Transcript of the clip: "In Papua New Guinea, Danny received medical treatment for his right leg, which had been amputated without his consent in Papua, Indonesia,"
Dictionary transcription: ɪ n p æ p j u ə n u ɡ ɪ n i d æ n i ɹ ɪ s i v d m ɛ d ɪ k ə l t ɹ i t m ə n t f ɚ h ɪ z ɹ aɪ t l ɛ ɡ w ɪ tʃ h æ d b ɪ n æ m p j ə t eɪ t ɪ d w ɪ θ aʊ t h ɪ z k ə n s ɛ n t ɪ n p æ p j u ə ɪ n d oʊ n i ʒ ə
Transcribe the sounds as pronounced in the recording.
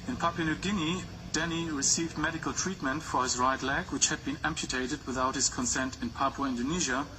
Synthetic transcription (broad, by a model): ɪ n p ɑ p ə n u ɡ ɪ n i d æ n i ɹ ɪ s i v d m ɛ d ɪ k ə l t ɹ i t m ə n t f ɚ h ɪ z ɹ aɪ t l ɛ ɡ w ɪ tʃ h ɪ d b ɪ n æ m p j ə t eɪ t ɪ d w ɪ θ aʊ t h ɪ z k ə n s ɛ n t ɪ n p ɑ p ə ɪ n d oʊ n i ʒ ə